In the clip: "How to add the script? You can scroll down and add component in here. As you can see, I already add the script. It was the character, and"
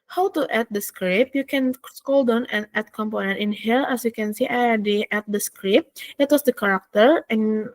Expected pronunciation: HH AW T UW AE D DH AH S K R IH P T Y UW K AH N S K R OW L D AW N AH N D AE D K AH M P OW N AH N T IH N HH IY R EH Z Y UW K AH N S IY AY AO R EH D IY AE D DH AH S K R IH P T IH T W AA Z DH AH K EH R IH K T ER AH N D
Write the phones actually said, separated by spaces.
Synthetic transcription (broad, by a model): HH AW T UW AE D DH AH S K R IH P Y UW K AH N S K OW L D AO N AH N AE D K AH M P OW N AH N T IH N HH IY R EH S Y UW K AH N S IY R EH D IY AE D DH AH S K R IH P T IH T W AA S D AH K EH R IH K T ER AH N